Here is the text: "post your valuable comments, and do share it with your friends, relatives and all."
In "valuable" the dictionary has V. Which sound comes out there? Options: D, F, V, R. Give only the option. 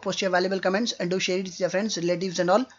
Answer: V